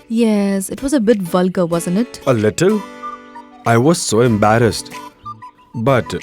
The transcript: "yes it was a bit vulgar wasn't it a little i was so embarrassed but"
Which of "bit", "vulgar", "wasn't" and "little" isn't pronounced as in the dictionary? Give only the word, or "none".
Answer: none